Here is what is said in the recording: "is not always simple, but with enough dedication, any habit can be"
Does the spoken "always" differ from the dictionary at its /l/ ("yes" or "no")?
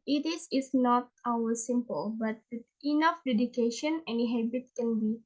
yes